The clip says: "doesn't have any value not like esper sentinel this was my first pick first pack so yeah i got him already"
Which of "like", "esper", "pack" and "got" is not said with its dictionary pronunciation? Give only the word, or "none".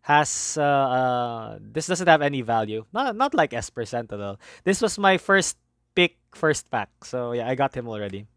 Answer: pack